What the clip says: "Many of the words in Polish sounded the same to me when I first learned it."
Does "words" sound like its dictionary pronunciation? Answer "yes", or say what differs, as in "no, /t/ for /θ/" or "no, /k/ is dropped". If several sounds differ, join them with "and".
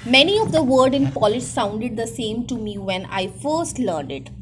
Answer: no, /z/ is dropped